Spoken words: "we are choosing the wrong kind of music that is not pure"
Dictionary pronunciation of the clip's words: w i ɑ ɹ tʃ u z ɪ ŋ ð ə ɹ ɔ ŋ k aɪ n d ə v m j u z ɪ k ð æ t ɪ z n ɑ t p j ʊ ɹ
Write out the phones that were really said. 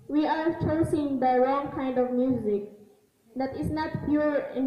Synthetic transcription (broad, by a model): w i ɑ ɹ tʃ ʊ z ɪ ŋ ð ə ɹ ɔ ŋ k aɪ n d ə v m j u z ɪ k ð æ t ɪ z n ɑ t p j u ɹ